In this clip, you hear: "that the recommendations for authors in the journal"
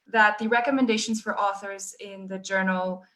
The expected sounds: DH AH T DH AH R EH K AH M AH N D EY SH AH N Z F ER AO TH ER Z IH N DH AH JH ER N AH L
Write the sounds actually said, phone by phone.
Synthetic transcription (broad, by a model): DH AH T DH AH R EH K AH M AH N D EY SH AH N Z F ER AO TH ER Z IH N DH AH JH ER N L